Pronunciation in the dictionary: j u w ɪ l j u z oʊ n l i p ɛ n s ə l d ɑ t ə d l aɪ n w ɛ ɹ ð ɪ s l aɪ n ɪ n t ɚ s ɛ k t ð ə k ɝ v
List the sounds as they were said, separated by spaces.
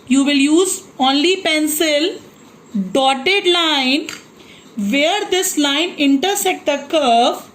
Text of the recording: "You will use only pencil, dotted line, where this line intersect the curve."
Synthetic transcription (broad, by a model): j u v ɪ l j u z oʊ n l i p ɛ n s ə l d ɑ t ə d l aɪ n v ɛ ɹ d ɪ s l aɪ n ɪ n t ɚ s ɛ t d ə k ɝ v